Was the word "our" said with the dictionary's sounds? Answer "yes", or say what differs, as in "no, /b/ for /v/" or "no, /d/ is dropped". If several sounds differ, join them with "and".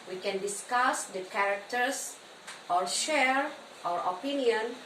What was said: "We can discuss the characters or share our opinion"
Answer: yes